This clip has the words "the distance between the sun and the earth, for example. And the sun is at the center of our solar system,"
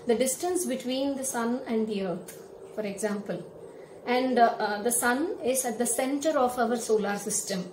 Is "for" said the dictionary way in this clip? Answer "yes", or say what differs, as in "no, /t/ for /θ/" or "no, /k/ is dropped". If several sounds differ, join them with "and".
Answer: yes